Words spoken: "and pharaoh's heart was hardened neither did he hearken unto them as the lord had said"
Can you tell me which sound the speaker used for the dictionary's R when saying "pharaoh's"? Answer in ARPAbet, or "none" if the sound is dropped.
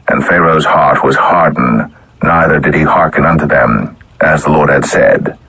R